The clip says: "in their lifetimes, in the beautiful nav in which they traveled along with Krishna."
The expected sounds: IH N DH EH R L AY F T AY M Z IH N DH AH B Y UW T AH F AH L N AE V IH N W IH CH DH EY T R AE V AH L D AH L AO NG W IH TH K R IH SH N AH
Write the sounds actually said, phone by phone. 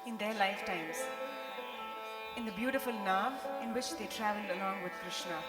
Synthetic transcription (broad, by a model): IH N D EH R L AY F T AY M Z IH N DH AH B Y UW T AH F AH L N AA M IH N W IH CH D EY T R AE V AH L D AH L AO NG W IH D K R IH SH N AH